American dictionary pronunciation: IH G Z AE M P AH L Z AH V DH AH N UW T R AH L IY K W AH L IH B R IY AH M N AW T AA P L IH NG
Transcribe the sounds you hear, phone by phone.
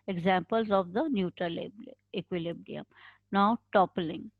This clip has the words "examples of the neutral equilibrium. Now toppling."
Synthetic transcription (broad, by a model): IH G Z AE M P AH L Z AH V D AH N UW T L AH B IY K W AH L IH B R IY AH M N AW T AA P L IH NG